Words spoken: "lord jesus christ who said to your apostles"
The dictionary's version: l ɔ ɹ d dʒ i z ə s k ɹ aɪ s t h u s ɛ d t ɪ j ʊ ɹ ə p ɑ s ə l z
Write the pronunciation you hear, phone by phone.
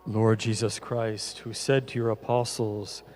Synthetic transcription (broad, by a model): l ɔ ɹ d dʒ i z ə s k ɹ aɪ s t h u s ɛ d t ɪ j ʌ ɹ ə p ɑ s l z